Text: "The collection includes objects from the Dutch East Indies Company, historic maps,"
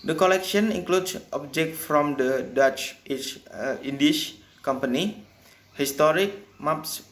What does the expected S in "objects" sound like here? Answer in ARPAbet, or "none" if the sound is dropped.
none